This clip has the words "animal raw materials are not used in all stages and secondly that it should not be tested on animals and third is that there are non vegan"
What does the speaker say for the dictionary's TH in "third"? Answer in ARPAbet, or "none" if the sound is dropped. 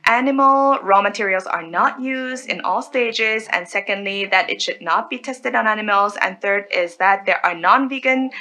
TH